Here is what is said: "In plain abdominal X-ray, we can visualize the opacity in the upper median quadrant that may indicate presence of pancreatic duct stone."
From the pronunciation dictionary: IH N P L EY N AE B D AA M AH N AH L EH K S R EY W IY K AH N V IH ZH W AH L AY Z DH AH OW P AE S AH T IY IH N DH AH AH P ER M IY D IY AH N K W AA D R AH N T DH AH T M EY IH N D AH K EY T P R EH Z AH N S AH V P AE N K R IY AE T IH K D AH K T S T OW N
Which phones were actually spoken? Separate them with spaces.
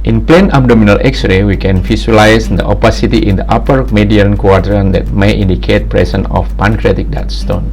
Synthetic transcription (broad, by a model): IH N P L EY N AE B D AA M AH N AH L EH K S R EY W IY K AH N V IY S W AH L AY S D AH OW P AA S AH T IY IH N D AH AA P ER M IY D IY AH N K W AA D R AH N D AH T M EY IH N D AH K EY T P R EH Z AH N AH F P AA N K R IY T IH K D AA T S T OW N